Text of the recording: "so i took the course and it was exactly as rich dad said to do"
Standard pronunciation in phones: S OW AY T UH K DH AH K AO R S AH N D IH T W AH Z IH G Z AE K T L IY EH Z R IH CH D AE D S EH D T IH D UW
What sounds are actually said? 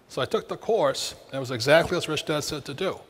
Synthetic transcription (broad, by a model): S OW AY T UH K DH AH K AO R S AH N IH T W AH Z IH G Z AE K T L IY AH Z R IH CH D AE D S EH D T IH D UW